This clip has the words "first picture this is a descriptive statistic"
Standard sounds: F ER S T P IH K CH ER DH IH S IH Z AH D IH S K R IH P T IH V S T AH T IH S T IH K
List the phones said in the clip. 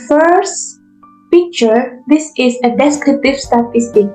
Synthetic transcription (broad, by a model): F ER S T P IH K CH ER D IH S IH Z AH D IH S K R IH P T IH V S T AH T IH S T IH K